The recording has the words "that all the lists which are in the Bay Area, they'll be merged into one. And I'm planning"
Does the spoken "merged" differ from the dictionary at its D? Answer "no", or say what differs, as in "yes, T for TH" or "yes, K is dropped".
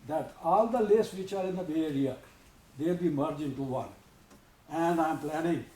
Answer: yes, D is dropped